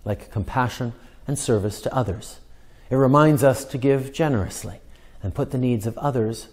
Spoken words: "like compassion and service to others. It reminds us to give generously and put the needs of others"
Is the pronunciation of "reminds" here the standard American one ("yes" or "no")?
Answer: yes